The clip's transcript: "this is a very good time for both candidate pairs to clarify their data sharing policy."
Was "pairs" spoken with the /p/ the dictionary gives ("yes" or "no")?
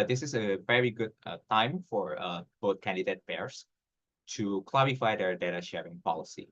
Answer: no